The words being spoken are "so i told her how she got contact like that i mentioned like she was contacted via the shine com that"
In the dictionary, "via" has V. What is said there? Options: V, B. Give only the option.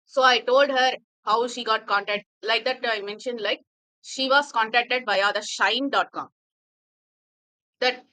B